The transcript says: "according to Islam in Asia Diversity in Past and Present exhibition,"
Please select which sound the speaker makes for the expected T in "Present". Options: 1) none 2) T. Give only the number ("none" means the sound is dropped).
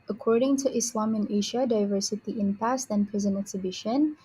1